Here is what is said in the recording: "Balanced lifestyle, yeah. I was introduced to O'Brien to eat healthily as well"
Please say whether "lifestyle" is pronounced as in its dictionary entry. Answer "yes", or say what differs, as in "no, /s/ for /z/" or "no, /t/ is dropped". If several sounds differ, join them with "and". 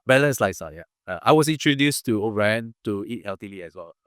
no, /f/ is dropped